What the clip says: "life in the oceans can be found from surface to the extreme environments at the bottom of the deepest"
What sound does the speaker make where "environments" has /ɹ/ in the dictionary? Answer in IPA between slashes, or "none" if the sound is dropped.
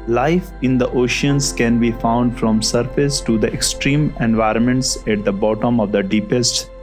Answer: /ɹ/